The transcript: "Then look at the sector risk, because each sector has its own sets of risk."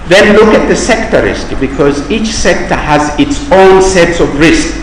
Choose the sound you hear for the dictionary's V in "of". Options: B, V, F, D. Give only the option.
V